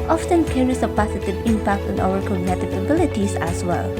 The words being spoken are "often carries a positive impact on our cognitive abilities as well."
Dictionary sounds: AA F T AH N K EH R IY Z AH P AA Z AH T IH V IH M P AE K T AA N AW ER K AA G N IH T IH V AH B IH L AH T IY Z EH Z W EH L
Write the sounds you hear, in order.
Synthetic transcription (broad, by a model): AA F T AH N K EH R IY S AH P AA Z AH T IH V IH M P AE K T AA N AW ER K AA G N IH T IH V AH B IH L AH T IY S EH S W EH L